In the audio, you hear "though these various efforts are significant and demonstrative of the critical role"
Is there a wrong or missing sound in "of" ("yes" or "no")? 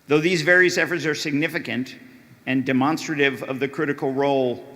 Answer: no